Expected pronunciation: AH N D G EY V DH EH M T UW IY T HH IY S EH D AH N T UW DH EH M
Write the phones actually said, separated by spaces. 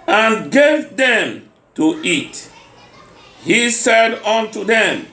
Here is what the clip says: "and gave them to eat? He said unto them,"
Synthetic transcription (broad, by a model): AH N G EY V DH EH M T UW IY T HH IY S EH D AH N T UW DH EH M